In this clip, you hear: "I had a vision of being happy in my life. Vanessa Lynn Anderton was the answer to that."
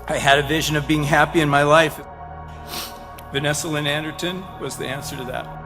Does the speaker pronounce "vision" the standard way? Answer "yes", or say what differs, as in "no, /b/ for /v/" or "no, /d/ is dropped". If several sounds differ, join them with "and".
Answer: yes